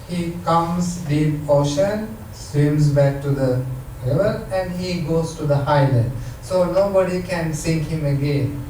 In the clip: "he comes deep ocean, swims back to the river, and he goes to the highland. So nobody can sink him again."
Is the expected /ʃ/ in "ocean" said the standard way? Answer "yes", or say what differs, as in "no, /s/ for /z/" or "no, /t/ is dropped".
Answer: yes